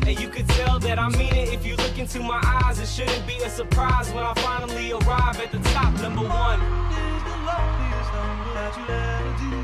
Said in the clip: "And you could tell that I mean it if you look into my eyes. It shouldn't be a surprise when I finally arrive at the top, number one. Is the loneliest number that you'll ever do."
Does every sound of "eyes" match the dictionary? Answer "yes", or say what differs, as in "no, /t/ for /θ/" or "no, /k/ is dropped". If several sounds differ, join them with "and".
yes